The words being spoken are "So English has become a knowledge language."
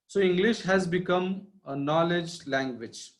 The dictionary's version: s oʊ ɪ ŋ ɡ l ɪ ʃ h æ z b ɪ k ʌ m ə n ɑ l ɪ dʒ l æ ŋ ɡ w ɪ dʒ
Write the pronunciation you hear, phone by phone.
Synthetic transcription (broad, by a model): s oʊ ɪ ŋ ɡ l ɪ ʃ h æ z b ɪ k ʌ m ə n ɑ l ɪ dʒ l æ ŋ ɡ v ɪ dʒ